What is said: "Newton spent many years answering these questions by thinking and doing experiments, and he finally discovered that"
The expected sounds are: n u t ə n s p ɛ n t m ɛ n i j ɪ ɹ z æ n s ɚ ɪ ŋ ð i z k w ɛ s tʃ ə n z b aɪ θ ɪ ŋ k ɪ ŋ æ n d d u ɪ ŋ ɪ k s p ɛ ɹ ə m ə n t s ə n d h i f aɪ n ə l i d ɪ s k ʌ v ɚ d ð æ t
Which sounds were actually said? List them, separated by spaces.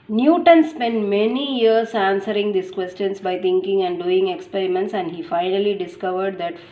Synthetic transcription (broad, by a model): n u t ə n s p ɛ n t m ɛ n i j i ɹ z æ n s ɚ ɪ ŋ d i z k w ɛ s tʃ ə n s b aɪ t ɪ ŋ k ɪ ŋ æ n d d u ɪ ŋ ɪ k s p ɛ ɹ ə m ə n t s ə n d h i f aɪ n ə l i d ɪ s k ʌ v ɚ d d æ t